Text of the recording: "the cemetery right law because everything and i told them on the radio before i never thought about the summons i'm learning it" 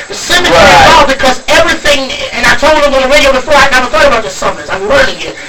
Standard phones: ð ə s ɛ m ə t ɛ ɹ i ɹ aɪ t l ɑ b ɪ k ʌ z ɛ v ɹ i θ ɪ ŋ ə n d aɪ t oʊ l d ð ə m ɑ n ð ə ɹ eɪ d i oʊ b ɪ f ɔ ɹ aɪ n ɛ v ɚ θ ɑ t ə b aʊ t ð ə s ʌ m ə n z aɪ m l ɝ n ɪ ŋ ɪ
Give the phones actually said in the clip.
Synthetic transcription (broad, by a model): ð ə s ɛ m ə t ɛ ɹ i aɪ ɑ b ɪ k ʌ z ɛ v ɹ i θ ɪ ŋ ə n aɪ t oʊ l d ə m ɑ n ð ə ɹ eɪ d i oʊ b ɪ f ɔ ɹ aɪ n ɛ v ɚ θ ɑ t ə b aʊ t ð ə s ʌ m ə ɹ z aɪ m w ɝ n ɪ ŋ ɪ